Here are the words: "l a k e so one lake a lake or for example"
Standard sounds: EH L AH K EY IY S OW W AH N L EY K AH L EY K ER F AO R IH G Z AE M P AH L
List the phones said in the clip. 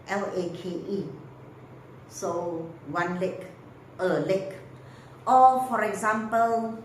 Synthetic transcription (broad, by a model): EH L AH K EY IY S OW W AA N L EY K AH L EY K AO F AO R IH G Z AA M P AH L